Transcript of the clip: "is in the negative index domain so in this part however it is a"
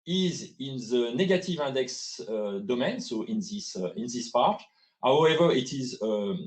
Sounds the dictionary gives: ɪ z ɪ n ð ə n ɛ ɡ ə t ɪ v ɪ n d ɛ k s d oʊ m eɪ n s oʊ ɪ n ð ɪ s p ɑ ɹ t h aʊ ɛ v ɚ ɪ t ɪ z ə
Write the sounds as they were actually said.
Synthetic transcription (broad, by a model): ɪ z ɪ n ð ə n ɛ ɡ ə t ɪ v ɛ d ɛ k s d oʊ m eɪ n s oʊ ɪ n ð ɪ s p ɑ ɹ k h aʊ ɛ v ɚ ɪ t ɪ z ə